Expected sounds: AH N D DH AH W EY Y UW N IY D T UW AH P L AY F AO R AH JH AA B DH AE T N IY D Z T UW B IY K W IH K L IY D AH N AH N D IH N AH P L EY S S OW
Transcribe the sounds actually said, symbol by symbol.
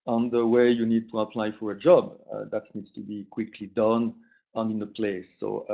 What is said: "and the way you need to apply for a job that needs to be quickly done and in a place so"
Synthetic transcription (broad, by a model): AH N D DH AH W EY Y UW N IY D T UW AH P L AY F AO R AH JH AA B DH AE T N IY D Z T UW B IY K W IH K L IY D AH N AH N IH N AH P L EY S S OW